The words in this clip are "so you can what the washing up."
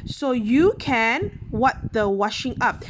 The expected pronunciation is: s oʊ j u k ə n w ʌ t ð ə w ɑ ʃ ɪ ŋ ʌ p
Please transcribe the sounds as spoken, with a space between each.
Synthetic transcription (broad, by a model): s oʊ j u k ə n w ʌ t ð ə w ɑ ʃ ɪ ŋ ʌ p